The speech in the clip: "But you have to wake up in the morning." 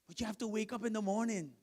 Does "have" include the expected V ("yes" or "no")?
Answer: no